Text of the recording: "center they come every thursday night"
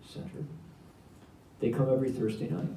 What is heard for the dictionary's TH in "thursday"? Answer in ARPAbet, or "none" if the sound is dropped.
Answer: TH